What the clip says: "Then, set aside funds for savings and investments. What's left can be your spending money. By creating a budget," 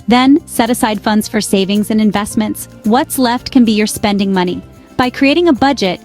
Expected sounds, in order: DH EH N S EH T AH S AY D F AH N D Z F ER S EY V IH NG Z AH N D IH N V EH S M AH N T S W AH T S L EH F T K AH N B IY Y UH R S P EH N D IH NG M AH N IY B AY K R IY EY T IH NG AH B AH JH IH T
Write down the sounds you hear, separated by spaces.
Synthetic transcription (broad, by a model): DH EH N S EH T AH S AY D F AH N D Z F ER S EY V IH NG Z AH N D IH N V EH S M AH N T S W AH T S L EH F T K AH N B IY Y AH R S P EH N D IH NG M AH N IY B AY K R IY EY T IH NG AH B AH JH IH T